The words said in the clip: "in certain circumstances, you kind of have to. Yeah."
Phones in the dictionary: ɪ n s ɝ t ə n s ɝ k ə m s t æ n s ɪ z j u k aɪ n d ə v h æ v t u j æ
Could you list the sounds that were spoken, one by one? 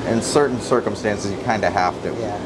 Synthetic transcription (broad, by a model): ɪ n s ɝ t n s ɝ k ə m s t æ n s ɪ z j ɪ k aɪ n d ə h æ f t u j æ